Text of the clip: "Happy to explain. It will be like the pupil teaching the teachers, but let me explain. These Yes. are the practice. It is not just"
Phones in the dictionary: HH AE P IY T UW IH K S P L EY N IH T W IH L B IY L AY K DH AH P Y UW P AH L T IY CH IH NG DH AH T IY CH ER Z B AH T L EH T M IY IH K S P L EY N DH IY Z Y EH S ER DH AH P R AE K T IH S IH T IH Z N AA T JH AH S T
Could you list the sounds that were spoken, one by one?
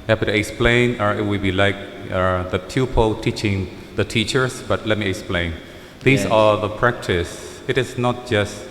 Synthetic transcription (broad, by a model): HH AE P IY T UW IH K S P L EY N IH T W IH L B IY L AY K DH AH P Y UW P AH L T IY CH IH NG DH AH T IY CH ER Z B AH T L EH T M IY IH K S P L EY N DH IY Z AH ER DH AH P R AE K T IH S IH T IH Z N AA T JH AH S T